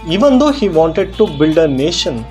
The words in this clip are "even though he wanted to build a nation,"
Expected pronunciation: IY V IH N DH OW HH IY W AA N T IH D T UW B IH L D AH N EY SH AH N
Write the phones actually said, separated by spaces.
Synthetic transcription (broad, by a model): IY V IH N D OW HH IY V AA N T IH D T UW B IH L D AH N EY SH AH N